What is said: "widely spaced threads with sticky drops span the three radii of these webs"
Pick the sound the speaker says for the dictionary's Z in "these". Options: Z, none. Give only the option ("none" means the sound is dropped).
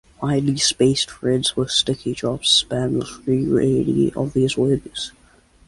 Z